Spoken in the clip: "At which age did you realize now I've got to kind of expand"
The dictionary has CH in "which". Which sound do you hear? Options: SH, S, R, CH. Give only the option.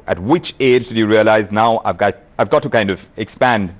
CH